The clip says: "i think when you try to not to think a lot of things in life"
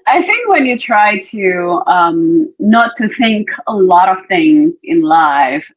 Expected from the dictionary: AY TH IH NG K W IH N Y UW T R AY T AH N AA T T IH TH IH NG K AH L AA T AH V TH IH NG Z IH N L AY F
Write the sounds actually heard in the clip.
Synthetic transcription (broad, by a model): AY TH IH NG K W IH N Y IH T R AY T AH N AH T T IH TH IH NG K AH L AA T AH V TH IH NG Z IH N L AY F